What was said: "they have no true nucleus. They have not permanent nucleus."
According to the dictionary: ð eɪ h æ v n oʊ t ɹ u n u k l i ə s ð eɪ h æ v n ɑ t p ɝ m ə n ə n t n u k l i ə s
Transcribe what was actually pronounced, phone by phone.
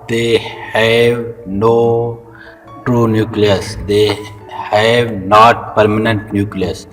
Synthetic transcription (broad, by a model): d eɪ h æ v n oʊ t ɹ u n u k l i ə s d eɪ h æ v n ɑ t p ɝ m ə n ə n t n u k l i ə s